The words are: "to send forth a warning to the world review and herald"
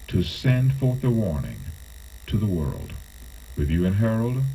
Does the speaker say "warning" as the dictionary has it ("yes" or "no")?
yes